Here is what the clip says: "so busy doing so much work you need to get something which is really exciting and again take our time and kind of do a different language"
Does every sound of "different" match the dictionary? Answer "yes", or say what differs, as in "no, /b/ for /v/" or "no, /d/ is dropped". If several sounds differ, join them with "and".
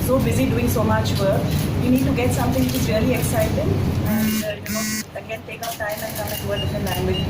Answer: no, /ɹ/ is dropped